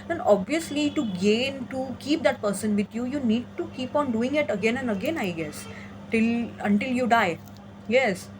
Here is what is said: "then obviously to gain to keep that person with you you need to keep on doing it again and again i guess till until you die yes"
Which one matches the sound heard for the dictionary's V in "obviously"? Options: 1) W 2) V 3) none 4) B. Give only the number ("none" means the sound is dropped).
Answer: 2